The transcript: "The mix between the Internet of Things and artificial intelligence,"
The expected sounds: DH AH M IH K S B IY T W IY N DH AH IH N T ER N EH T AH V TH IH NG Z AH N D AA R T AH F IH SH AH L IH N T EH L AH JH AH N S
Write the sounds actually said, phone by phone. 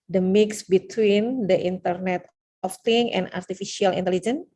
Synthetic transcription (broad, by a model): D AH M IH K S B IY T W IY N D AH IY N T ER N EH T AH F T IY NG AH N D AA R T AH F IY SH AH L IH N T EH L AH JH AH N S